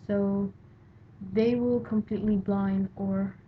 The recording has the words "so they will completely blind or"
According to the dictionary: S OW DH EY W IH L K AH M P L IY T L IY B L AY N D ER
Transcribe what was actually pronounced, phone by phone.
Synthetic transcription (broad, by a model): S OW DH EY W IH L K AH M P L IY T L IY B L AY N D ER